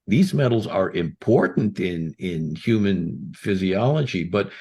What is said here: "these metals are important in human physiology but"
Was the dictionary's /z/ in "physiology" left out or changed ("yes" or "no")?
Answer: no